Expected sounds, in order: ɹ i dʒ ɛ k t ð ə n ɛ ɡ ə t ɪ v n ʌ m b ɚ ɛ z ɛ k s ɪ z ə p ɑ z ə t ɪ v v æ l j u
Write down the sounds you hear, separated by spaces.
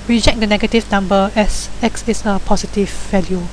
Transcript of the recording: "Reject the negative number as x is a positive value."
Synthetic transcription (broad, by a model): ɹ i dʒ ɛ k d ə n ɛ ɡ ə t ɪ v n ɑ m b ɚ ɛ s ɛ k s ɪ s ə p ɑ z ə t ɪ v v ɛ l j u